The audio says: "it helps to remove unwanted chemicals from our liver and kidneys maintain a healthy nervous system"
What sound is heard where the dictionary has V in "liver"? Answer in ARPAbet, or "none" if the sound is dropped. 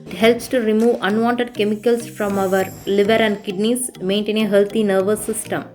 V